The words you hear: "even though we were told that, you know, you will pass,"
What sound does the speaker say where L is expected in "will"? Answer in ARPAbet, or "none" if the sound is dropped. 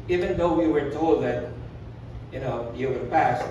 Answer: N